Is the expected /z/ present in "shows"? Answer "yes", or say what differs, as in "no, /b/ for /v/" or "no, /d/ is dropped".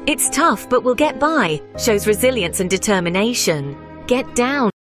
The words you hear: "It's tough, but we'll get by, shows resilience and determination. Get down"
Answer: yes